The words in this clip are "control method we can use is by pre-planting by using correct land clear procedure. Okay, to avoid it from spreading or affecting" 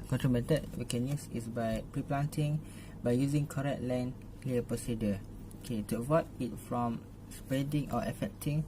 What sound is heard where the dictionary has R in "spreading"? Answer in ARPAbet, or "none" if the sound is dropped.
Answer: none